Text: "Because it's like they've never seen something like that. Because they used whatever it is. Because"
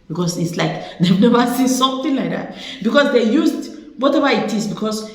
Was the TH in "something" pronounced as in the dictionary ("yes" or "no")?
no